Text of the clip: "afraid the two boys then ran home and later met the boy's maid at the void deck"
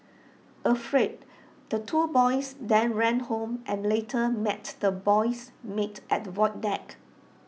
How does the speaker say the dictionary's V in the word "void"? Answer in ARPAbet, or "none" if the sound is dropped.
W